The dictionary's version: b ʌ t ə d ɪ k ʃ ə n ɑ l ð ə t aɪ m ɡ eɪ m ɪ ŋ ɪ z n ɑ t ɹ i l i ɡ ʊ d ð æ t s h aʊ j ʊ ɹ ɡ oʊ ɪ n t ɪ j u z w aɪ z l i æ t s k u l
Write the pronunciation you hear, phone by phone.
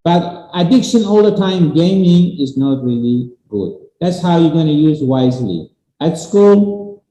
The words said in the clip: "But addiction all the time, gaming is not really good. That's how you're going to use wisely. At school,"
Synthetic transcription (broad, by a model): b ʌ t ə d ɪ k ʃ ə n ɑ l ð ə t aɪ m ɡ eɪ m ɪ ŋ ɪ z n ɑ t ɹ i l i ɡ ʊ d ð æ t s h aʊ j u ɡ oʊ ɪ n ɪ j u z w aɪ z l i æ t s k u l